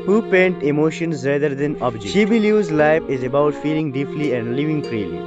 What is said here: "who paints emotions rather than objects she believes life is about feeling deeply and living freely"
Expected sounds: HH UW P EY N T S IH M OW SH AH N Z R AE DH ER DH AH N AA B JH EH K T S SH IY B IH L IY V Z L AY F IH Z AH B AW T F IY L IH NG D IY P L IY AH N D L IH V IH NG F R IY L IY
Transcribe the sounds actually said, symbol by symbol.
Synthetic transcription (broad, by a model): HH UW P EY N T IH M OW SH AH N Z R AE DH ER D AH N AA B JH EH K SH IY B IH L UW Z L AY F IH Z AH B AW T F IY L IH NG D IY P L IY AH N D L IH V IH NG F R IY L IY